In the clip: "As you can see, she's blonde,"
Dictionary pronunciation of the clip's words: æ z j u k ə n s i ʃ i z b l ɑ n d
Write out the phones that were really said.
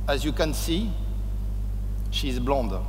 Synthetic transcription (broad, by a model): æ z j u k ə n s i ʃ i z b l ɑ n d